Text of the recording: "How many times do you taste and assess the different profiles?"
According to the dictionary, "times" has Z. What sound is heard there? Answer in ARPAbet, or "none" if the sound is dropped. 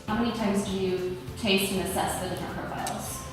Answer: Z